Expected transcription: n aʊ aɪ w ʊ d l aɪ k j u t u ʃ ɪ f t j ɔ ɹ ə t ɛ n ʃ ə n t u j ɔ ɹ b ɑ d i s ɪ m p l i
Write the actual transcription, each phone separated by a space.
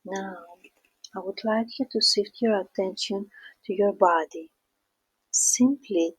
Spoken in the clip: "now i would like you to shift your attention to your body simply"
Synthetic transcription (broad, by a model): n aʊ aɪ w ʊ d l aɪ k j u t u s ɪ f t j ɔ ɹ ə t ɛ n ʃ ə n t u j ɔ ɹ b ɑ d i s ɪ m p l i